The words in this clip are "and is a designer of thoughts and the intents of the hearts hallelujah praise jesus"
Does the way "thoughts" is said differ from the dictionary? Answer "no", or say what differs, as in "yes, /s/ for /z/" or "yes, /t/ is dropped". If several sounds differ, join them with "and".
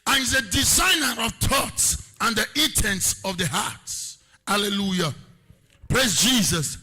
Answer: yes, /t/ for /θ/